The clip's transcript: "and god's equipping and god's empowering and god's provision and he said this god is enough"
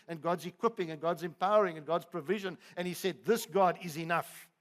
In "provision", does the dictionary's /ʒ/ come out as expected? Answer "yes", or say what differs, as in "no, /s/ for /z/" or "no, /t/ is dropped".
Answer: yes